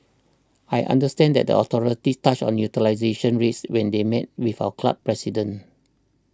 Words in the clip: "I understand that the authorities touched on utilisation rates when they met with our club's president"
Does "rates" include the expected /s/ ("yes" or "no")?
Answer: yes